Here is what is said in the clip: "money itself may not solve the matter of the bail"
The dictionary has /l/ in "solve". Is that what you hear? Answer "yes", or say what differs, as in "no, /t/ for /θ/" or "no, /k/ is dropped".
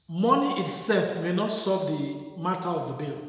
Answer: no, /l/ is dropped